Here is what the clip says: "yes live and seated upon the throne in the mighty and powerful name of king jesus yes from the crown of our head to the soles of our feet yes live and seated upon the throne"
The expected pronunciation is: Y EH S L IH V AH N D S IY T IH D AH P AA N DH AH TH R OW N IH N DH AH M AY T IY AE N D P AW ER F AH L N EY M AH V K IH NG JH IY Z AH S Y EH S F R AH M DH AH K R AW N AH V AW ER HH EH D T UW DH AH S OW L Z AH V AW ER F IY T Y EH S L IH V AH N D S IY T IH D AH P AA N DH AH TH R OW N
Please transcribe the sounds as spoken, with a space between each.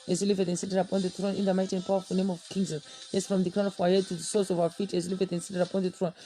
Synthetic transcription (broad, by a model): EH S L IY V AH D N S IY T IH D AH P AA N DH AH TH R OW N IH N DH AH M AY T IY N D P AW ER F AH N EY M AH V K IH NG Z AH Y EH S F R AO M DH AH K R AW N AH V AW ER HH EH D T UW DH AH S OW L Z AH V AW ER F IY T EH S L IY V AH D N S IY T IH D AH P AA N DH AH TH R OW N